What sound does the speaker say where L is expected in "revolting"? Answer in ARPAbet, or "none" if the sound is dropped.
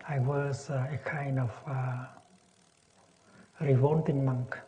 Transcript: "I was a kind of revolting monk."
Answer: N